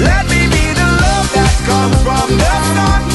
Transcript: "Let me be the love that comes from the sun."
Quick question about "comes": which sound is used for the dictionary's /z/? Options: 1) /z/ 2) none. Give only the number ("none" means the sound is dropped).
2